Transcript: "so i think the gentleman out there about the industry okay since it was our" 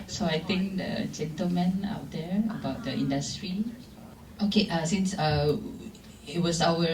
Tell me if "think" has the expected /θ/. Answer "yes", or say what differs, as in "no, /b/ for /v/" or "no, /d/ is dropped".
no, /t/ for /θ/